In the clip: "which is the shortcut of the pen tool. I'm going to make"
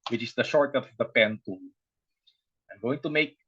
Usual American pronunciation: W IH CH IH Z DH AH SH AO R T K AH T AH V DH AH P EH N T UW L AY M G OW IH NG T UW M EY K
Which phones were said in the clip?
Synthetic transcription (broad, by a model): W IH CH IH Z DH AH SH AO R T AH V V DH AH P EH N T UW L AY M G OW IH NG T UW M EY K